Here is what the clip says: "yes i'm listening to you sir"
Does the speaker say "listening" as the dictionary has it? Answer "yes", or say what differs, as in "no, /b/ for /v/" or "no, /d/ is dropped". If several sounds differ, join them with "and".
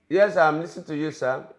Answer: no, /n/ is dropped